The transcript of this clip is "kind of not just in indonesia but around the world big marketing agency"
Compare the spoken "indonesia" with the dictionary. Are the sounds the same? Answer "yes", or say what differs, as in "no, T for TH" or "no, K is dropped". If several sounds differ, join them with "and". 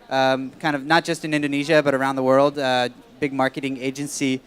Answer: yes